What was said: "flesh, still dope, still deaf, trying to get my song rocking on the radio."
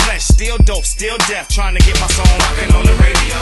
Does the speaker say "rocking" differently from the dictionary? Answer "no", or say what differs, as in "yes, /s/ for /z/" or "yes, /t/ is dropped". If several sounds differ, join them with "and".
yes, /l/ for /ɹ/